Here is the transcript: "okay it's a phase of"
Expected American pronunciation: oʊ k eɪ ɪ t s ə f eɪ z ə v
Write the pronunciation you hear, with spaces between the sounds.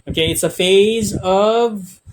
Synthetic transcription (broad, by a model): oʊ k eɪ ɪ t s ə f eɪ z ə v